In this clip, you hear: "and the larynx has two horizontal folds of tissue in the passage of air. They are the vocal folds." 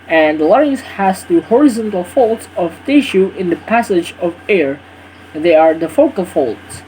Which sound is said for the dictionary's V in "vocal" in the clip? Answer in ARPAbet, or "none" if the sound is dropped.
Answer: F